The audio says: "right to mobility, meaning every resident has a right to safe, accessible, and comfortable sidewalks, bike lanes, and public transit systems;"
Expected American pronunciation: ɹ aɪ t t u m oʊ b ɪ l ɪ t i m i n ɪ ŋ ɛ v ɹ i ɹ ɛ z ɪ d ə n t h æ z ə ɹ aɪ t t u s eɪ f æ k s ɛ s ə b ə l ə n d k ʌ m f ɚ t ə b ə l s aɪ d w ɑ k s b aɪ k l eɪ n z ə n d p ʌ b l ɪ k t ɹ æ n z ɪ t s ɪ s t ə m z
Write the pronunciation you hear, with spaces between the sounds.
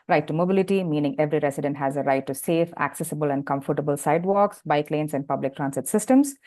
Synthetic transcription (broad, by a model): ɹ aɪ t t u m oʊ b ɪ l ɪ t i m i n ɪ ŋ ɛ v ɹ i ɹ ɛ s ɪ d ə n t h æ z ə ɹ aɪ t t u s eɪ f æ k s ɛ s ə b ə l ə n d k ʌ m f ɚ t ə b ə l s aɪ d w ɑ k s b aɪ k l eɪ n s ə n d p ʌ b l ɪ k t ɹ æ n s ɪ t s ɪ s t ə m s